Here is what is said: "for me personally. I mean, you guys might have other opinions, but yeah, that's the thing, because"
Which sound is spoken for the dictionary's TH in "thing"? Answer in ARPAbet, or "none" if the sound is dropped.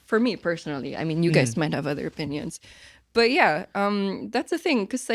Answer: TH